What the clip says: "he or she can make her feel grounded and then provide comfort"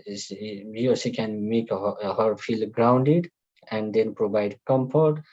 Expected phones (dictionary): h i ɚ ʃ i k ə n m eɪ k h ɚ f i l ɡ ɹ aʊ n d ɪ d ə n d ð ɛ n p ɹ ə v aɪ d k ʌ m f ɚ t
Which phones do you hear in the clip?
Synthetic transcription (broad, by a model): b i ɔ s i k ə n m eɪ k h ɚ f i l ɡ ɹ aʊ n d ɪ d ə n d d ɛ n p ɹ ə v aɪ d k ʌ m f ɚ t